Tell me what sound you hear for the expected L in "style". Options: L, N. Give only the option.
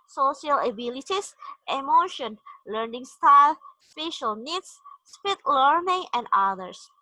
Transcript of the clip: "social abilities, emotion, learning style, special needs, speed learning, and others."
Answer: L